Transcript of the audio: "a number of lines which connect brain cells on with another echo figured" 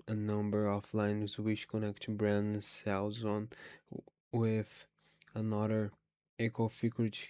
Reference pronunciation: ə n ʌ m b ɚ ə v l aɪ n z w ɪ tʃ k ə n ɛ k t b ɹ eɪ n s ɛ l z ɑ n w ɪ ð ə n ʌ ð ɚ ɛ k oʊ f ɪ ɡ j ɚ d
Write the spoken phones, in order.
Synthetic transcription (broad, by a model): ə n ʌ m b ɚ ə f l aɪ n z w ɪ tʃ k ə n ɛ k t b ɹ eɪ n s ɛ l z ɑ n w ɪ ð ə n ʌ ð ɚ ɛ k oʊ f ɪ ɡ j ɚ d